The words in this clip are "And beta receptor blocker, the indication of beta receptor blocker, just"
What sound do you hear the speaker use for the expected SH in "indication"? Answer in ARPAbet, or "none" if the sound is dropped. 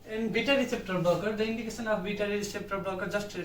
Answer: S